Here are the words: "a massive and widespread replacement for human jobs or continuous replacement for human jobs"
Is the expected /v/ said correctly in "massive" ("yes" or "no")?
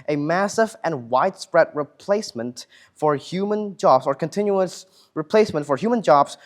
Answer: yes